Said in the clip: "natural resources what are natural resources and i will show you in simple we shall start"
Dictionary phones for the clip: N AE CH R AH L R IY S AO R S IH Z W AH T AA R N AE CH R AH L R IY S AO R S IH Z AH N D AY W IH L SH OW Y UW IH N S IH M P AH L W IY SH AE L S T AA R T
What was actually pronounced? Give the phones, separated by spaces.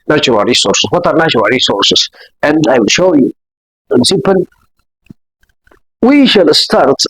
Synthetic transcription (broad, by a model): N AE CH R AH L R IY S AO R S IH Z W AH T AA R N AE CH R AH L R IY S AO R S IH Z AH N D AY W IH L SH OW Y UW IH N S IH P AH N W IY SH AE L S T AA R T